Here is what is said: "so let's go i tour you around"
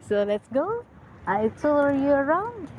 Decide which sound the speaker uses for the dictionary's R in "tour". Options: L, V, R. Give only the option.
L